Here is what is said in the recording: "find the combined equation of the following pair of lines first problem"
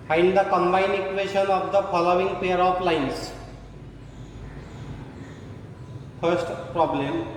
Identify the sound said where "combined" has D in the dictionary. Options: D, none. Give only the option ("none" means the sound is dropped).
none